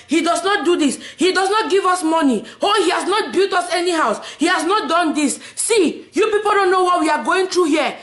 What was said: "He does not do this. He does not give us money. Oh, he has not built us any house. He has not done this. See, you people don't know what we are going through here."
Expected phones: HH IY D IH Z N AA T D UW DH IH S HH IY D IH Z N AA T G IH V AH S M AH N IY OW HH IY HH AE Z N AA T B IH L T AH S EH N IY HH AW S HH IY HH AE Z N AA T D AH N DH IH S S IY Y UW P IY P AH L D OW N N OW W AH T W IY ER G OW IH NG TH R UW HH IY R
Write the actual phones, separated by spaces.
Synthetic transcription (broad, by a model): HH IY D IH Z N AA T D UW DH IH S HH IY D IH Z N AA T G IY V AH S M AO N IY OW HH IY HH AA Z N AA T B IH L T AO S EH N IY HH AW S HH IY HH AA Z N AA T D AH N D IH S S IY Y UW P IY P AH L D OW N N OW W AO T W IY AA G OW IH NG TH R UW HH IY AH